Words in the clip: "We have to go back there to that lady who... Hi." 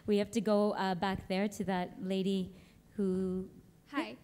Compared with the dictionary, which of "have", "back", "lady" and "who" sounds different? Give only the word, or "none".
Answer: have